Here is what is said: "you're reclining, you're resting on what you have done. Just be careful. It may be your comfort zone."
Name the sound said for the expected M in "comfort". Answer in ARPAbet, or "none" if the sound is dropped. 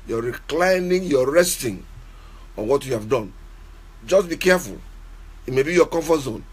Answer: none